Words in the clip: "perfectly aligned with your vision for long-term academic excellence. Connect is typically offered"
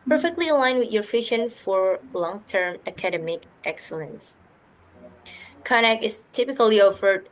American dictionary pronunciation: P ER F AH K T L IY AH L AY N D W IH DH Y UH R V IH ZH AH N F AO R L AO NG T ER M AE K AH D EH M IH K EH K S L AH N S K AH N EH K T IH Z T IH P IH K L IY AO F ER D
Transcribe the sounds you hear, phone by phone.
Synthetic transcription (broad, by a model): P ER F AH K T L IY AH L AY N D W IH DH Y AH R F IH SH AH N F AO R L AO NG T ER M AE K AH D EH M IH K EH K S L AH N S K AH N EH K IH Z T IH P IH K L IY AO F ER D